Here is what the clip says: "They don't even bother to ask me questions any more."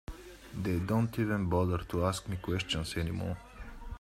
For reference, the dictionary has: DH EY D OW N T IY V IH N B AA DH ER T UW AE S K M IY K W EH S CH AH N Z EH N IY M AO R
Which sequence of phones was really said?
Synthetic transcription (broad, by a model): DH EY D OW N T IY V IH N B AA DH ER T UW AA S K M IY K W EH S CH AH N S EH N IY M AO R